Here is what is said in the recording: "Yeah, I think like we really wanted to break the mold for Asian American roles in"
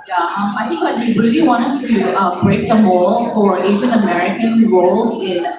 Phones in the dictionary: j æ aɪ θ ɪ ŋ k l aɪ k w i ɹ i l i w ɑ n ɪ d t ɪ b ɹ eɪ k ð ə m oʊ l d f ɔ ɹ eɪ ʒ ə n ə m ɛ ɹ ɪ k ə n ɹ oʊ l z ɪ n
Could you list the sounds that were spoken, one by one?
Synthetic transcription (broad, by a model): j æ aɪ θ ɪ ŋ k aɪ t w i ɹ i l i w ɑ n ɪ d t ɪ b ɹ eɪ k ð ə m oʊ l f ɔ ɹ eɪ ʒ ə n ə m ɛ ɹ ɪ k ə n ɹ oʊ l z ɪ n